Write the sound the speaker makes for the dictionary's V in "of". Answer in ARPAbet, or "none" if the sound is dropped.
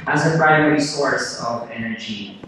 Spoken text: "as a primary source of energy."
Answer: V